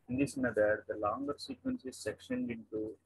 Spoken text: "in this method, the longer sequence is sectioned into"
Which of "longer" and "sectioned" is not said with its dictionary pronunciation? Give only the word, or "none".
none